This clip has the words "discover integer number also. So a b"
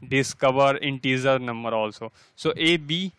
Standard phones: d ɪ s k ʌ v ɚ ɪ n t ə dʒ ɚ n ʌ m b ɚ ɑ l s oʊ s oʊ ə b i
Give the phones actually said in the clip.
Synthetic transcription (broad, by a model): d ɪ s k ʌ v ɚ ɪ n t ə z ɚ n ʌ m b ɚ ɑ l s oʊ s oʊ ə b i